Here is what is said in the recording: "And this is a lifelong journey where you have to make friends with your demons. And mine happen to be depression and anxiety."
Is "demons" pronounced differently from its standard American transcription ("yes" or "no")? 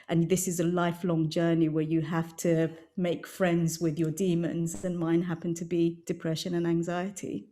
no